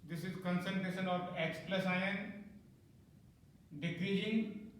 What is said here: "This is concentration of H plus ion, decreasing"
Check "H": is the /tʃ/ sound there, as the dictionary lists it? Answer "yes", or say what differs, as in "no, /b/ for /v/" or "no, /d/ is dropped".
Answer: no, /s/ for /tʃ/